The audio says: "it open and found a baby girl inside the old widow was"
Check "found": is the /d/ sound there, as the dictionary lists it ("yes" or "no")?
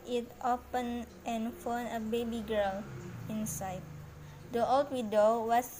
no